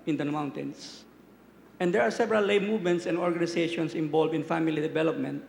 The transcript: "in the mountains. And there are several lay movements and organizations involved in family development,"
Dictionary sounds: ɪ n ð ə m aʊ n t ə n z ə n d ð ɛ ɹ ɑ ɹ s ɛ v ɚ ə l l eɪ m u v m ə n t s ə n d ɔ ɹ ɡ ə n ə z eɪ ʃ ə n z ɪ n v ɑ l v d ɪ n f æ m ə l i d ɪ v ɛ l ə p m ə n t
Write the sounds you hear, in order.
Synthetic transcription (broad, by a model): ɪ n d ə m aʊ n t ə n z ə n d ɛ ɹ ɑ ɹ s ɛ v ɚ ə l l eɪ m u v m ə n t s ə n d ɔ ɹ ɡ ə n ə s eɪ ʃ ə n s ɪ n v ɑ l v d ɪ n f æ m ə l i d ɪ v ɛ l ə p m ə n t